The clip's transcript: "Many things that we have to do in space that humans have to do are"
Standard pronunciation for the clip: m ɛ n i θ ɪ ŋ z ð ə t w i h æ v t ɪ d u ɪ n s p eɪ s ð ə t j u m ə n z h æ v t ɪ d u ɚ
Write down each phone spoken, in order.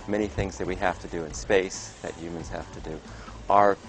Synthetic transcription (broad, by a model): m ɛ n i θ ɪ ŋ z ð ə t w i h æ f t ɪ d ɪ ɪ n s p eɪ s ð ə t j u m ə n z h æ f t ɪ d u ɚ